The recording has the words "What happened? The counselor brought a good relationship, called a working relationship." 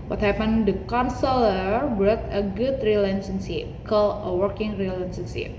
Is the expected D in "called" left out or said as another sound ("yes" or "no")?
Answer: yes